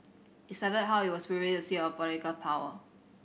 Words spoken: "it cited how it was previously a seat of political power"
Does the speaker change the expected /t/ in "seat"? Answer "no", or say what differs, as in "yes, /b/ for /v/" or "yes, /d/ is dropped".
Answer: yes, /t/ is dropped